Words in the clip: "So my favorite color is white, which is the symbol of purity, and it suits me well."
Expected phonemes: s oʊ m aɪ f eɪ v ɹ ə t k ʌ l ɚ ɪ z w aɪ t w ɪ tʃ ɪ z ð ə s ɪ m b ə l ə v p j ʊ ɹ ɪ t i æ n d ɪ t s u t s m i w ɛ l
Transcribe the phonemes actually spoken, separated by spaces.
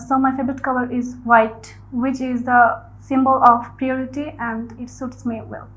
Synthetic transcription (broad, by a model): s oʊ m aɪ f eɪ b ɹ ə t k ʌ l ɚ ɪ z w aɪ t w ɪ tʃ ɪ z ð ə s ɪ m b ə l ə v p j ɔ ɹ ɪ t i æ n d ɪ t s u t s m i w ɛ l